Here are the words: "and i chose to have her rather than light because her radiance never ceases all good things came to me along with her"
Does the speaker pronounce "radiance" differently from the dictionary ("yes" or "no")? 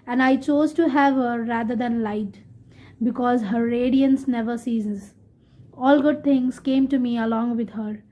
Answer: no